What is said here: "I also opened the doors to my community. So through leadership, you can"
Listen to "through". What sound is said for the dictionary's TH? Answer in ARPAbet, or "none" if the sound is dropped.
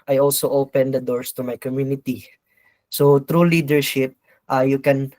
T